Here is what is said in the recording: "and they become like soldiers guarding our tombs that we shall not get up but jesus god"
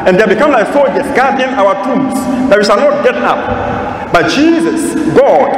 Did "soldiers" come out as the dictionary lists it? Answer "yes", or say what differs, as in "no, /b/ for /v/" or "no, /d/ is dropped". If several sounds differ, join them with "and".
no, /l/ is dropped